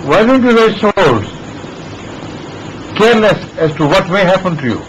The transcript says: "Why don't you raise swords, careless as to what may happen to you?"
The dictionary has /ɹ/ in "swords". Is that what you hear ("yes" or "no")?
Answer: no